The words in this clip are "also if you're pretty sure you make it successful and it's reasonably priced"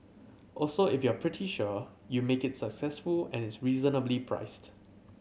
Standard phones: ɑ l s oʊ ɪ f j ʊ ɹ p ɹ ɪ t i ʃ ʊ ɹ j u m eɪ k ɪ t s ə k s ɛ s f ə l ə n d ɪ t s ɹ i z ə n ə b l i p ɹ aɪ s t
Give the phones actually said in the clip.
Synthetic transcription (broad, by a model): ɑ l s oʊ ɪ f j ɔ p ɹ ɪ t i ʃ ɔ j u m eɪ k ɪ t s ə k s ɛ s f ə l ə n ɪ t s ɹ i z ə n ə b l i p ɹ aɪ s t